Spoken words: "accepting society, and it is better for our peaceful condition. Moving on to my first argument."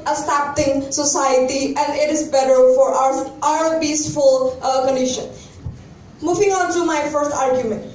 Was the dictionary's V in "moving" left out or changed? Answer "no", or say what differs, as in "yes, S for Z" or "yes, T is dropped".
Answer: yes, F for V